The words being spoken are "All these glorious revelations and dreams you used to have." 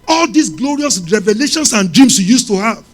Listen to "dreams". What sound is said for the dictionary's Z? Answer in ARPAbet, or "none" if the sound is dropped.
S